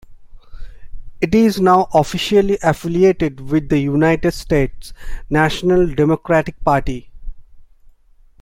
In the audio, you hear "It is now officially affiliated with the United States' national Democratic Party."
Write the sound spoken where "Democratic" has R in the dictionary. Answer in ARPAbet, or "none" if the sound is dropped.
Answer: R